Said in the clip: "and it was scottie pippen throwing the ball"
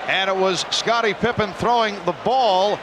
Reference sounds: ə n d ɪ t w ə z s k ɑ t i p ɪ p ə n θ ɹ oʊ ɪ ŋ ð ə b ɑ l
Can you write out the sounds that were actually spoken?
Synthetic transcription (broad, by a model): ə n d ɪ t w ə z s k ɑ t i p ɪ p ə n θ ɹ oʊ ɪ ŋ ð ə b ɑ l